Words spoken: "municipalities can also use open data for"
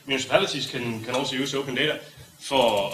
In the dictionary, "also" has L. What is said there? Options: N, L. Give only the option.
N